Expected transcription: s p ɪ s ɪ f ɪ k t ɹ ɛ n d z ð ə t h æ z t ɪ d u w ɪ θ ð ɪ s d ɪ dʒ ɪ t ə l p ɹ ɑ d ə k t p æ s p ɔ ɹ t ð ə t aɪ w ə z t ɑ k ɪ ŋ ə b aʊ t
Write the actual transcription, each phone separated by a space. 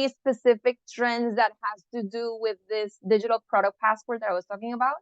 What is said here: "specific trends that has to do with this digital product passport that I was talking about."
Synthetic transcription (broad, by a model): s p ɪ s ɪ f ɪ k t ɹ ɛ n d z ð ə t h æ z t ɪ d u w ɪ ð ɪ s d ɪ dʒ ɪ t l p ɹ ɑ d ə k p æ s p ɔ ɹ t ð ə t aɪ w ə z t ɑ k ɪ ŋ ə b aʊ t